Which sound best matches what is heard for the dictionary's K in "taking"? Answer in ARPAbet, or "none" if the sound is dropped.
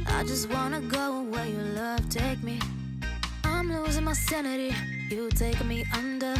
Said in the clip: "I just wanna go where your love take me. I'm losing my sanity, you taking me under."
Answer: none